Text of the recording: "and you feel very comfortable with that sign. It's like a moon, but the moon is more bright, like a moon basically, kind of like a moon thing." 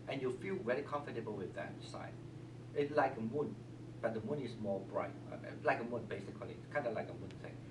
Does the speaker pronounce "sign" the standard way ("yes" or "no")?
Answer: no